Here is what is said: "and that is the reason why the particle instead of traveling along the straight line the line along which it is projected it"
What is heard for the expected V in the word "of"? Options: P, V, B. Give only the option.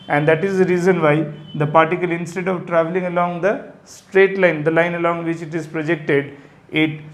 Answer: V